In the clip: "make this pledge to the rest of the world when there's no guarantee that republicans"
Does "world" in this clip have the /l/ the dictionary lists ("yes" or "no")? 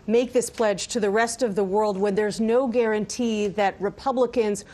yes